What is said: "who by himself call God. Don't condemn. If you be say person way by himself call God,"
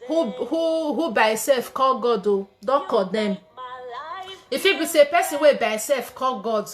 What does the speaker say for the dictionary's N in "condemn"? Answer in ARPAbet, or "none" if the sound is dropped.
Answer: none